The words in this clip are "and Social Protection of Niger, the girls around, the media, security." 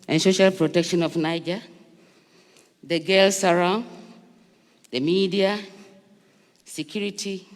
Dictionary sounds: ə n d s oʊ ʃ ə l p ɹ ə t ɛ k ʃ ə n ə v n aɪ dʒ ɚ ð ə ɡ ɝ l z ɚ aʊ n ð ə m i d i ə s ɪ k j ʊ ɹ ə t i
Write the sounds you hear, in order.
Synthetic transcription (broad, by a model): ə n s oʊ ʃ ə l p ɹ ə t ɛ k ʃ ə n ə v n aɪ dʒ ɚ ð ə ɡ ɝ l s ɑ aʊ n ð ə m i d i ə s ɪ k j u ɹ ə t i